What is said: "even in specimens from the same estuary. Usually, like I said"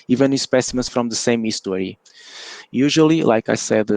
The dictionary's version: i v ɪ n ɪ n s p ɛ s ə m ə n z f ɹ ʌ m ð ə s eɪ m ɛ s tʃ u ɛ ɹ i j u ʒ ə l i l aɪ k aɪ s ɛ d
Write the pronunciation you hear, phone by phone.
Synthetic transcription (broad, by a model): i v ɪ n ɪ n s p ɛ s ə m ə n s f ɹ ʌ m ð ə s eɪ m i s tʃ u ɹ i j u ʒ ə l i l aɪ k aɪ s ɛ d